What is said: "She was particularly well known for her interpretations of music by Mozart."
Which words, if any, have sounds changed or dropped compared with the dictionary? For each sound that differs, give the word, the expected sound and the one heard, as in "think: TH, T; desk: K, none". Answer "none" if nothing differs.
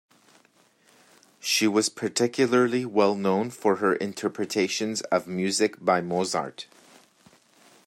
none